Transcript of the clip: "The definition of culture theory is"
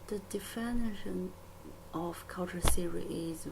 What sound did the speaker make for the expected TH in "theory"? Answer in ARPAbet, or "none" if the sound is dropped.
S